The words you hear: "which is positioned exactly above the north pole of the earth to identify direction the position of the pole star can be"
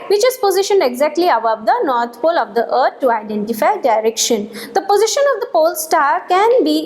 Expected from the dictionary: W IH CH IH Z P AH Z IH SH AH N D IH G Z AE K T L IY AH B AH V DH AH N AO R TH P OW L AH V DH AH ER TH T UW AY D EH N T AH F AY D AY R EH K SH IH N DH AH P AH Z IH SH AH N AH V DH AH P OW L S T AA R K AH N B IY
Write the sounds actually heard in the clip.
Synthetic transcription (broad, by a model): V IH CH IH Z P AH Z IH SH AH N D IH G Z AE K T L IY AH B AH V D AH N AO R T P OW L AH V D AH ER T T UW AY D EH N T AH F AY D AY R EH K SH IH N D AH P AH Z IH SH AH N AH V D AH P OW L S T AA R K AH N B IY